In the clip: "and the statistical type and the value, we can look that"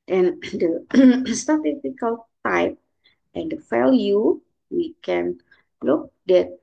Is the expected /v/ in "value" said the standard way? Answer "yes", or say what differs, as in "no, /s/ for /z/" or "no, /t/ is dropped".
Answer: no, /f/ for /v/